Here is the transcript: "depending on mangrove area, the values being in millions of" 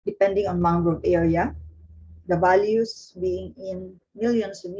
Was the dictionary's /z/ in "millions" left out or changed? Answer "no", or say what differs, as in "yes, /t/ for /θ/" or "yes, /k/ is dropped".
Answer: yes, /s/ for /z/